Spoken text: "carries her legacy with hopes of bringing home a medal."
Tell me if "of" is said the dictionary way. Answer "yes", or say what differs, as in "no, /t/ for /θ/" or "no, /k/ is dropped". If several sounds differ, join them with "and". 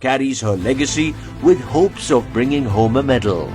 yes